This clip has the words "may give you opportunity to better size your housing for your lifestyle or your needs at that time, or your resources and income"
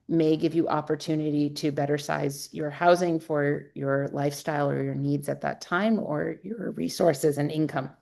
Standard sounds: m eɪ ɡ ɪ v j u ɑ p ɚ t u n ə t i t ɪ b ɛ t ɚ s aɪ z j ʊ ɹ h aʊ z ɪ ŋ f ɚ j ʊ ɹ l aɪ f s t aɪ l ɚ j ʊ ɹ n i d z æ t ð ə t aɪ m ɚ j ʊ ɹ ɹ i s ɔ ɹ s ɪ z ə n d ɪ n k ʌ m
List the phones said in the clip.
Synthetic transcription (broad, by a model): m eɪ ɡ ɪ v j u ɑ p ɚ t u n ə t i t ɪ b ɛ t ɚ s aɪ z j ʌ ɹ h aʊ z ɪ ŋ f ɚ j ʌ ɹ l aɪ f s t aɪ l ɚ j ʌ ɹ n i d z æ t ð ə t aɪ m ɚ j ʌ ɹ ɹ i s ɔ ɹ s ɪ z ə n ɪ n k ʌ m